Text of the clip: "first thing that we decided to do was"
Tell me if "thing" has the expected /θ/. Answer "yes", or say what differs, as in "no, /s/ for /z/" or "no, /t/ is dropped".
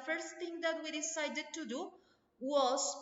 no, /t/ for /θ/